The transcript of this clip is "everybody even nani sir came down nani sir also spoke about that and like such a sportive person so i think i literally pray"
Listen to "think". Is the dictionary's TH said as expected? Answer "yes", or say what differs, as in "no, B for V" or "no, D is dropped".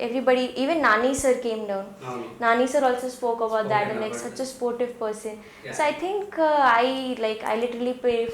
no, T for TH